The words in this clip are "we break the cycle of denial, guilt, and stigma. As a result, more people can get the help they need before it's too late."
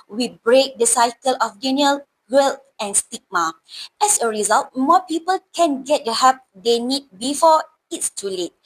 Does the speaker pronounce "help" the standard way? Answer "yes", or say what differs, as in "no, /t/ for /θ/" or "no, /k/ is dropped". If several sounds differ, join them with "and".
no, /l/ is dropped